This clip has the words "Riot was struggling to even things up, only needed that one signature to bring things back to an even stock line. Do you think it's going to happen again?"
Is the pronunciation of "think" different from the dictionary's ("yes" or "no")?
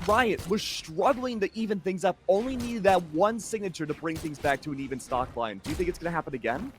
no